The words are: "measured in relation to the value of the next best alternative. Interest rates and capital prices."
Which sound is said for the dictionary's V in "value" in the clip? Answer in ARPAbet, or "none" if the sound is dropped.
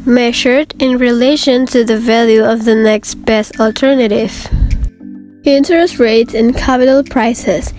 V